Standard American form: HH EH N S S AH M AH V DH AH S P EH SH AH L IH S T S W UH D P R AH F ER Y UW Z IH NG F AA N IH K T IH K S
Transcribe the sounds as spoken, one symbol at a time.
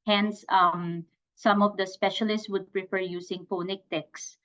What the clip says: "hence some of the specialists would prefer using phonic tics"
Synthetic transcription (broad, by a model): HH EH N S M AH M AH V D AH S P EH SH AH L IH S T S W UH D P R AH F ER Y UW S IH NG P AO N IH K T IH K S